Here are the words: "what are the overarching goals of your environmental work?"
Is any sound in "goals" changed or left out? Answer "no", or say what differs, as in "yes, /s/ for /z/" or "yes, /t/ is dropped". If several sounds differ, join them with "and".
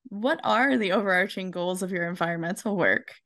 no